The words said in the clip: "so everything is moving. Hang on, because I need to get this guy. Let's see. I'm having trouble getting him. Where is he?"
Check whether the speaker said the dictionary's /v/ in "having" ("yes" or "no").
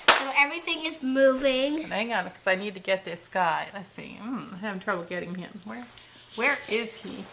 no